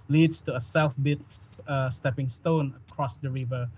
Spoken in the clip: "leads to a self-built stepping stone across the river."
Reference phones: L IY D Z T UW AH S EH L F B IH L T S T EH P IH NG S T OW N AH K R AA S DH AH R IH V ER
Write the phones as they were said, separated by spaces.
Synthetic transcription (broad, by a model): L IY D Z T UW AH S EH L F B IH T S T EH P IH NG S T OW N AH K R AA S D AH R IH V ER